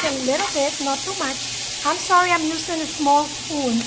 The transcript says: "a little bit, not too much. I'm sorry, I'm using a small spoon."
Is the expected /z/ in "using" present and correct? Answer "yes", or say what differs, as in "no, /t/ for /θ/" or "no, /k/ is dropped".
no, /s/ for /z/